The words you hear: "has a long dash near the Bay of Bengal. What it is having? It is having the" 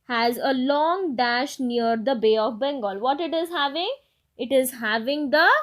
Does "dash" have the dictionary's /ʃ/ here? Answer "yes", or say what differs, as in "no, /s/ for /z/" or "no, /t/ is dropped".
yes